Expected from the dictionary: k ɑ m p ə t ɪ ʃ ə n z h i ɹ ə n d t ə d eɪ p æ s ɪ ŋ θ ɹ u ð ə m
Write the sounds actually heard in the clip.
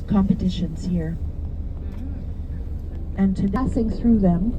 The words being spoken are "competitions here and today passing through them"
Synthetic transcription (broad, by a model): k ɑ m p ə t ɪ ʃ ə n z h i ɹ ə n t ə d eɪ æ s ɪ ŋ θ ɹ u ð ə m